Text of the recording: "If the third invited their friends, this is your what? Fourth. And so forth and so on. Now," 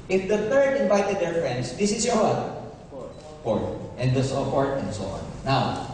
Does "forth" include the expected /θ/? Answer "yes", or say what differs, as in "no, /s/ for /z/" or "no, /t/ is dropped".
no, /t/ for /θ/